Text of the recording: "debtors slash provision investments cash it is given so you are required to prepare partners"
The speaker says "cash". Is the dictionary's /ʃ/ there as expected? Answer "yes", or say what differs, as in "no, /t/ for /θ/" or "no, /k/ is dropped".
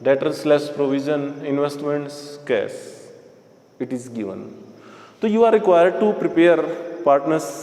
no, /s/ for /ʃ/